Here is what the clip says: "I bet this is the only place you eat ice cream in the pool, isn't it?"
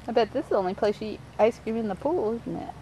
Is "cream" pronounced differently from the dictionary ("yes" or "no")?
yes